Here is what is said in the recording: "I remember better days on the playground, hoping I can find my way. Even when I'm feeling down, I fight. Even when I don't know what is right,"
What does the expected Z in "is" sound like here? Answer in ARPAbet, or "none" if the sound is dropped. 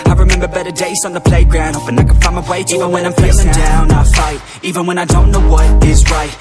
Z